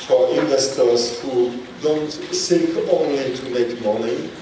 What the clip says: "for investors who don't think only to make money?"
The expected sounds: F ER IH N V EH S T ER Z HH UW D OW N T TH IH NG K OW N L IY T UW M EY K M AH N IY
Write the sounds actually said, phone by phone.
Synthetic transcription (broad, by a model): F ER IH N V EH S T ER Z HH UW D OW N T S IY K OW N L IY T UW M EY K M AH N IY